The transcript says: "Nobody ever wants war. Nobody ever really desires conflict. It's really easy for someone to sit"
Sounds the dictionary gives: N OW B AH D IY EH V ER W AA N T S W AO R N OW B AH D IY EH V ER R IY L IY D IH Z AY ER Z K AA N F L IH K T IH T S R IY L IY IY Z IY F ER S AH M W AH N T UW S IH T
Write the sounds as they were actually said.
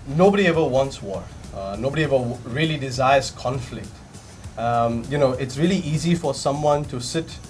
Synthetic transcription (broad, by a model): N OW B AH D IY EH V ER W AA N T S W AO R N OW B AH D IY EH V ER R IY L IY D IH Z AY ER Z K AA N F L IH K T IH T S R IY L IY IY Z IY F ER S AH M W AH N T UW S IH T